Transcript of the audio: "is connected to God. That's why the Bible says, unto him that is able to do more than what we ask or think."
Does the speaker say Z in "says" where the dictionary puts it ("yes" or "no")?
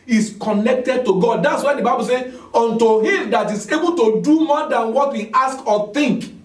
no